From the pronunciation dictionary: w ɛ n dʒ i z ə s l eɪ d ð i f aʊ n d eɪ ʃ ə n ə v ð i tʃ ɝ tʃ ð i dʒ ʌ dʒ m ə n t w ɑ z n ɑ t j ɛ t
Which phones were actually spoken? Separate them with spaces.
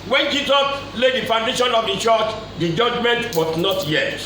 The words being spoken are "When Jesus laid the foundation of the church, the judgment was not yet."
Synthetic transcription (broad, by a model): w ɛ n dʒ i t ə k l eɪ d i f aʊ n d eɪ ʃ ə n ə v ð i tʃ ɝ tʃ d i dʒ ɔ dʒ m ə n t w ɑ s n ɑ t j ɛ t